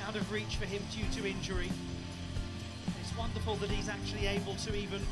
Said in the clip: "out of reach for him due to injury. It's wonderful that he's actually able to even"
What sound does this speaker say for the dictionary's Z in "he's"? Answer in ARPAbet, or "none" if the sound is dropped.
Z